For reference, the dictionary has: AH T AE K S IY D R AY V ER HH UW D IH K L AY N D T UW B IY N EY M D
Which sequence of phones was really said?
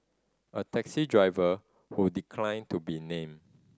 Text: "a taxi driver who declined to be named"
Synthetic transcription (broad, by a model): AH T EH K S IY D R AY V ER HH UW D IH K L AY N T UW B IY N EY M